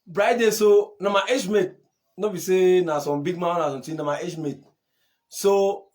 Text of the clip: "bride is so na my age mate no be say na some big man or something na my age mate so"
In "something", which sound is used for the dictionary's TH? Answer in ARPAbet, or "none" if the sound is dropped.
T